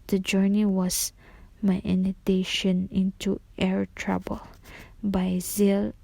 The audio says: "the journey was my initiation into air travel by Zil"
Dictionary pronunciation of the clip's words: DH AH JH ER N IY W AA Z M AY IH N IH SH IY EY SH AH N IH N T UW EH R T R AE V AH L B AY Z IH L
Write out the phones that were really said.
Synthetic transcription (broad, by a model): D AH JH ER N IY W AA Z M AY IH N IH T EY SH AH N IH N T UW EH R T R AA B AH L B AY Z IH L